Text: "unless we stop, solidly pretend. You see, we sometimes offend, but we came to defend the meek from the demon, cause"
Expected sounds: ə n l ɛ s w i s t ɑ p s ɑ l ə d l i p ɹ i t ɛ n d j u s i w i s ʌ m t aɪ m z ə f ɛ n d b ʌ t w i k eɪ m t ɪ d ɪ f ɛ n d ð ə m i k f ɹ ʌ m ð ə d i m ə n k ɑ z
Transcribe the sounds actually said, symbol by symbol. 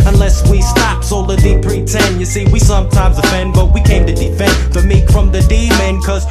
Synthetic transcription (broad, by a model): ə n l ɛ s w i s t ɑ p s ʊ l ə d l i p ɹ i t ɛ n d j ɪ s i w i s ʌ m t aɪ m z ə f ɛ n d b ʌ t w i k eɪ m t ɪ d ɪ f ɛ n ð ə m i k f ɹ ʌ m ð ə d i m ə n k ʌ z